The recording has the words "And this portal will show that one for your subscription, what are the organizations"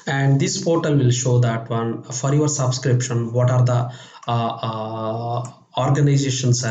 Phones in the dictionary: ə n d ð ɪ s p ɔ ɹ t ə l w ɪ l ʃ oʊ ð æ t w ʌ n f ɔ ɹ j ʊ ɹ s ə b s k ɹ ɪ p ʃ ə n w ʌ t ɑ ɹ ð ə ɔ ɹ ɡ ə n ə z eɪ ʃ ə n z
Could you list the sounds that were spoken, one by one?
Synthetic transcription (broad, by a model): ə n d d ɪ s p ɔ ɹ t ə l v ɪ l ʃ oʊ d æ t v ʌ n f ɔ ɹ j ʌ ɹ s ə b s k ɹ ɪ p ʃ ə n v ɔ t ɑ ɹ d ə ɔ ɹ ɡ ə n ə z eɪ ʃ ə n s